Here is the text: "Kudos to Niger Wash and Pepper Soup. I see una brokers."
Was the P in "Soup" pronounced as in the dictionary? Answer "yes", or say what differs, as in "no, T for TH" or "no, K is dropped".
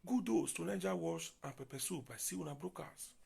no, B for P